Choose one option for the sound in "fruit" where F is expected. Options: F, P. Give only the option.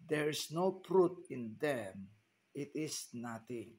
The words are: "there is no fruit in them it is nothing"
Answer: P